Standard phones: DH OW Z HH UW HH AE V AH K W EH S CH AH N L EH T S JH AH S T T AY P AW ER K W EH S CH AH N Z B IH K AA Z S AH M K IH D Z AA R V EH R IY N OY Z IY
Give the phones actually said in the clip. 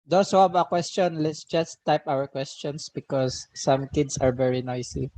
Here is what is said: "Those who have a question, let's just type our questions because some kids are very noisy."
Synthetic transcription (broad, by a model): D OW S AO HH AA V AH K W EH S CH AH N L EH T S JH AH S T T AY P AW ER K W EH S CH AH N S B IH K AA S AH M K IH D S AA R V EH R IY N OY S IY